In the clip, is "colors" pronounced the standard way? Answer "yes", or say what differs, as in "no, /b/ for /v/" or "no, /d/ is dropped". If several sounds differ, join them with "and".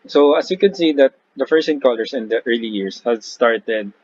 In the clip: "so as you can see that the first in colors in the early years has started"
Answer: no, /s/ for /z/